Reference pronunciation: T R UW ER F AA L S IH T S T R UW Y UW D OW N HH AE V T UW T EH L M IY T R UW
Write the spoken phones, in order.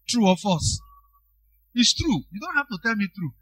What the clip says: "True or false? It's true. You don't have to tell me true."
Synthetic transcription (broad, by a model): T R UW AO F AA S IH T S T R UW Y UW D OW N HH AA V T UW T EH L M IY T R UW